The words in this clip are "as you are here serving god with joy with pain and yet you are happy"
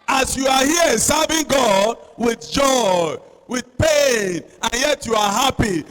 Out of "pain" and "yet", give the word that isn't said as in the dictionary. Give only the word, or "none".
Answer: none